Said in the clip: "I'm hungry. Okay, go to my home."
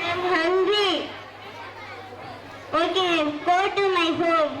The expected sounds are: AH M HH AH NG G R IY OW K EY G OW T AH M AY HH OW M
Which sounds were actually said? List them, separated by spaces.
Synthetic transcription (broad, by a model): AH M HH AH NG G IY OW K EY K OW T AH M AY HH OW